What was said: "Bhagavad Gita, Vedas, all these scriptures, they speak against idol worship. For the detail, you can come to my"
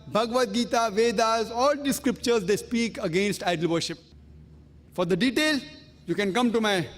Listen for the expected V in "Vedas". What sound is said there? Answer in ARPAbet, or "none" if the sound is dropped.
V